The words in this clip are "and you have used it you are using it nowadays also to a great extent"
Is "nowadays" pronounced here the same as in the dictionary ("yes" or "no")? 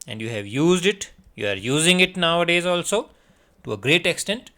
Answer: yes